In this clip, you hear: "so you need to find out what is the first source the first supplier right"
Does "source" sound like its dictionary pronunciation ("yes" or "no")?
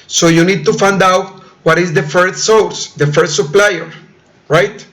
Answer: no